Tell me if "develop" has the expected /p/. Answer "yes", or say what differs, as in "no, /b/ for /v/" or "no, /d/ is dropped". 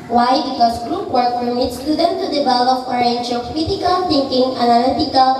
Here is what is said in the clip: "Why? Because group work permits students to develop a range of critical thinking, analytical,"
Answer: no, /f/ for /p/